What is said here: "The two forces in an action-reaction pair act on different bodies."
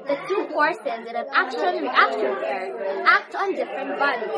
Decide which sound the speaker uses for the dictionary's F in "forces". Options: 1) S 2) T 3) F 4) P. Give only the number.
4